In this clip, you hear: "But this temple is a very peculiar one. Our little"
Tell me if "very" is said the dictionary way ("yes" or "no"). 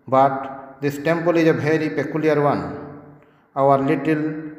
no